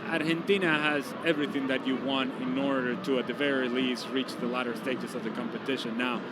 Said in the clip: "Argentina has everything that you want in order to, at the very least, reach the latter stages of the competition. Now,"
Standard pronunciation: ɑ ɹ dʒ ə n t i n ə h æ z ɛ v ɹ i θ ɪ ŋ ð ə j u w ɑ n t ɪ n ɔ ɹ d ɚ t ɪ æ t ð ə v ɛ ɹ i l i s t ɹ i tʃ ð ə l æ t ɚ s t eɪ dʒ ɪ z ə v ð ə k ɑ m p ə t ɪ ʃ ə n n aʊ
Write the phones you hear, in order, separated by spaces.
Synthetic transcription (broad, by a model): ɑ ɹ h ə n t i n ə h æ z ɛ v ɹ i θ ɪ ŋ ð ə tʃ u w ɑ n t ɪ n ɔ ɹ d ɚ t ɪ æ t ð ə v ɛ ɹ i l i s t ɹ i tʃ ð ə l æ t ɚ s t eɪ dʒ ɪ s ə v ð ə k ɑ m p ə t ɪ ʃ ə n n aʊ